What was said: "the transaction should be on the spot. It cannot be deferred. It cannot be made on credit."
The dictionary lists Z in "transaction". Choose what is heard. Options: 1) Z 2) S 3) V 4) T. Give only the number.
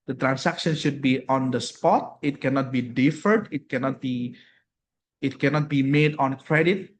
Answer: 2